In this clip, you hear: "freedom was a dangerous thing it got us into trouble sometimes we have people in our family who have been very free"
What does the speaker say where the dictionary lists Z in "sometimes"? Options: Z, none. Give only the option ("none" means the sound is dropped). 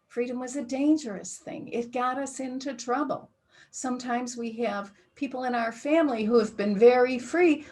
Z